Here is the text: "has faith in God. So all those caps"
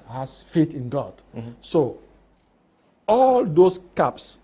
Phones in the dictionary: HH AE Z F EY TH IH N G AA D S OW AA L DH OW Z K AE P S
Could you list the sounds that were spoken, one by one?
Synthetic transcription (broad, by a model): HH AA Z F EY T IH N G AA D S OW AA L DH OW S K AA P S